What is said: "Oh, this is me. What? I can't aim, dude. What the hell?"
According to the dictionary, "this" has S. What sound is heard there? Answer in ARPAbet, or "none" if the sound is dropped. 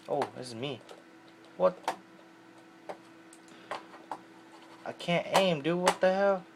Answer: none